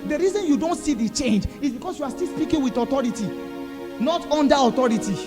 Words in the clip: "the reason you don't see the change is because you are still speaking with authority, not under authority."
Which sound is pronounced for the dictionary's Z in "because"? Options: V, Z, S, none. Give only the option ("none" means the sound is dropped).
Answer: S